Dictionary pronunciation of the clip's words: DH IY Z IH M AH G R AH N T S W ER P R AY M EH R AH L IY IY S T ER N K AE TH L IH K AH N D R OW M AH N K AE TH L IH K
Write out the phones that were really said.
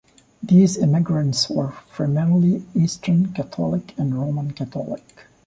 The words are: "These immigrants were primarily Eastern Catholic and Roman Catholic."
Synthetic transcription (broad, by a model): DH IY Z IH M AH G R AH N T S W ER F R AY M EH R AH L IY IY S T ER N K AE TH L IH K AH N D R OW M AH N K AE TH L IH K